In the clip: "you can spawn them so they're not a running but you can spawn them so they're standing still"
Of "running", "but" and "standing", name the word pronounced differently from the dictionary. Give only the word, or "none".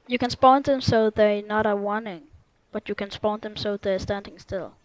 running